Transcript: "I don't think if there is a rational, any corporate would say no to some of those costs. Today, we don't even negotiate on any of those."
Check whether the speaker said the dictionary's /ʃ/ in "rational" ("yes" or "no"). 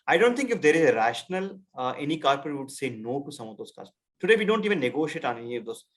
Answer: yes